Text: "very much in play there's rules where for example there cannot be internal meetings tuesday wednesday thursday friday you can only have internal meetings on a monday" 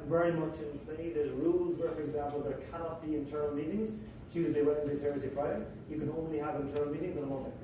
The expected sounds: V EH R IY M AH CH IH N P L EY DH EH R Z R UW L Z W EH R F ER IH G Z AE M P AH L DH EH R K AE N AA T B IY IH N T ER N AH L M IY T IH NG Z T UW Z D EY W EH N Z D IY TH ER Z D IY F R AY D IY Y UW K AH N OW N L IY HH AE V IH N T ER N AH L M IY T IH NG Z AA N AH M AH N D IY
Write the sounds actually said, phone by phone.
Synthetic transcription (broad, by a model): V EH R IY M AH CH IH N P L EY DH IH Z R UW L Z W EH R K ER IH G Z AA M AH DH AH R K AE N AA T B IY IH N T ER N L M IY T IH NG Z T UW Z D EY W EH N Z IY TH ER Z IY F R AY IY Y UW K AH N OW N L IY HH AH V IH N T ER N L M IY T IH NG Z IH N AH M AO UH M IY